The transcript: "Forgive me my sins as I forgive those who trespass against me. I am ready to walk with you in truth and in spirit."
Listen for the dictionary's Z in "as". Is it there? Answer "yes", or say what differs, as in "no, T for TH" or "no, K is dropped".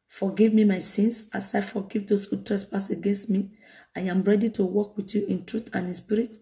no, S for Z